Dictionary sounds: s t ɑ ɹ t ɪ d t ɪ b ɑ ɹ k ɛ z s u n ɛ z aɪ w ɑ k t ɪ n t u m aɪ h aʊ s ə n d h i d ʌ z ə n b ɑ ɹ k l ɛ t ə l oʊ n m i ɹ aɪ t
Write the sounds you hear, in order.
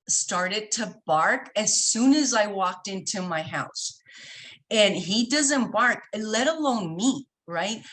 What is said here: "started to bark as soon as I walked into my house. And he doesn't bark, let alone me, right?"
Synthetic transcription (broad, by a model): s t ɑ ɹ t ɪ d t ɪ b ɑ ɹ k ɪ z s u n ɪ z aɪ w ɑ k t ɪ n t u m aɪ h aʊ s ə n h i d ʌ z ə n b ɑ ɹ k l ɛ t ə l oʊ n m i ɹ aɪ t